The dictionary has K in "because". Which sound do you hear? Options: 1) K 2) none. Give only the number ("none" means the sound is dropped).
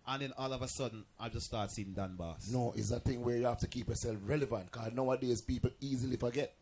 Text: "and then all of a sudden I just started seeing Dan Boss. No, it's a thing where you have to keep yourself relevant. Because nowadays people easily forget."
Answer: 2